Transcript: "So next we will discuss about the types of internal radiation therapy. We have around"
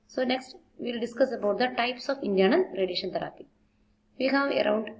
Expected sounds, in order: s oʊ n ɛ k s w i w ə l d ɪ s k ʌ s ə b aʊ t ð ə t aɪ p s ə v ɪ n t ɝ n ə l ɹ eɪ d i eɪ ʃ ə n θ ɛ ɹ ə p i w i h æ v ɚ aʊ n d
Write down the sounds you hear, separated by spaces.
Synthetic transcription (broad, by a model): s oʊ n ɛ k s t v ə l d ɪ s k ʌ s ə b aʊ t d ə t aɪ p s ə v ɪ n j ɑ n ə n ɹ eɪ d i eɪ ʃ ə n t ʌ ɹ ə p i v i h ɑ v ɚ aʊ n d